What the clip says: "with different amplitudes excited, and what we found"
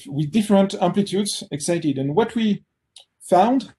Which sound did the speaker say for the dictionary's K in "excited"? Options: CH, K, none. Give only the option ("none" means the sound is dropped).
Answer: K